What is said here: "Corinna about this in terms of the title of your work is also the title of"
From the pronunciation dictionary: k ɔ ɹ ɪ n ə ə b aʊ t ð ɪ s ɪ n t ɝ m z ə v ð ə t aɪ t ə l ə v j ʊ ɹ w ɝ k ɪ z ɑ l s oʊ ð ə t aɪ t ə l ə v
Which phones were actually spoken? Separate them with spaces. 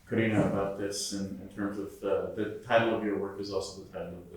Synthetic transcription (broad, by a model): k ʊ ɹ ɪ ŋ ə ə b aʊ t ð ɪ s ɪ n t ɝ m z ə v ð ə t aɪ t l ə v j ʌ ɹ w ɝ k ɪ z ɑ l s oʊ ð ə t aɪ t l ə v